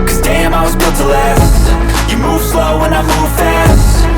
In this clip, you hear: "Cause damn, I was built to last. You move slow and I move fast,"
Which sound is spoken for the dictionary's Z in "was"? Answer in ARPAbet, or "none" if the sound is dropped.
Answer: Z